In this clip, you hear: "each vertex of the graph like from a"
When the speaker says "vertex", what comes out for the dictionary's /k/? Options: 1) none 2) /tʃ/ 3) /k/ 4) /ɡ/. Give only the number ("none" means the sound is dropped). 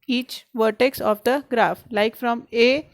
3